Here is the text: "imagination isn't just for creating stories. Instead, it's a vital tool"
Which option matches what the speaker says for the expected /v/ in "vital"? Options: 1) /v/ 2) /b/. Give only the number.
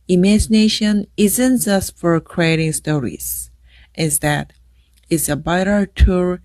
2